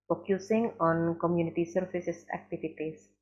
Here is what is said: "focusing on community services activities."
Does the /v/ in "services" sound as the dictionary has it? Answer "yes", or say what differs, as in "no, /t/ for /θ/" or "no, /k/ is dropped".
no, /f/ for /v/